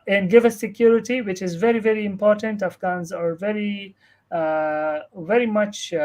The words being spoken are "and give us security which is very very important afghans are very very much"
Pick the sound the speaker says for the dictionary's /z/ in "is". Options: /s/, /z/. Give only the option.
/z/